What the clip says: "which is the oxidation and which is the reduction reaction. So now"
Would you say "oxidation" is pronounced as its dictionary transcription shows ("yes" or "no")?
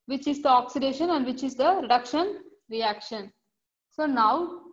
yes